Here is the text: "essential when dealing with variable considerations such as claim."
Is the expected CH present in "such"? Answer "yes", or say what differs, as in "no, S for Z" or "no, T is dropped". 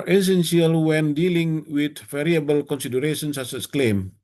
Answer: no, S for CH